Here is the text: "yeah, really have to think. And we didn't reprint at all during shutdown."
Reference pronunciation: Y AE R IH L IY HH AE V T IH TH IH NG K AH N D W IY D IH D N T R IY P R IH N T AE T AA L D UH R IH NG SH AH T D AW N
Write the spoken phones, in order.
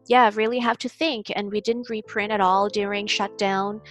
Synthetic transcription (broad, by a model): Y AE R IH L IY HH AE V T IH TH IH NG K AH N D W IY D IH D N T R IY P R IH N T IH T AA L D UH R IH NG SH AH T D AW N